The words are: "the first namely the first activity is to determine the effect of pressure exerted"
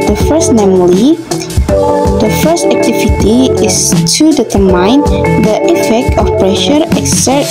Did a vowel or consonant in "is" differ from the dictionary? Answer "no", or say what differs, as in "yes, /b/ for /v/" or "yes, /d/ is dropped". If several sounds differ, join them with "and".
yes, /s/ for /z/